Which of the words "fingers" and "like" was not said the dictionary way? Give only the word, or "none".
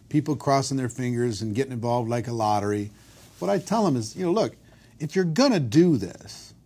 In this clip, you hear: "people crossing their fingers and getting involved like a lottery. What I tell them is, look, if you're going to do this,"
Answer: none